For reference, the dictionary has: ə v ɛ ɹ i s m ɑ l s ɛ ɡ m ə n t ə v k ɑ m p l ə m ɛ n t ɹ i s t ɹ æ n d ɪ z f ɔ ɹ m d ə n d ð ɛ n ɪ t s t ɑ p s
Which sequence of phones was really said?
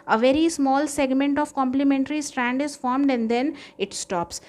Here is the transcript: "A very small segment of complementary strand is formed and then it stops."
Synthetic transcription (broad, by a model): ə v ɛ ɹ i s m ɑ l s ɛ ɡ m ə n t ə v k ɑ m p l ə m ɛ n t ɹ i s t ɹ æ n d ɪ z f ɔ ɹ m d ə n d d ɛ n ɪ t s t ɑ p s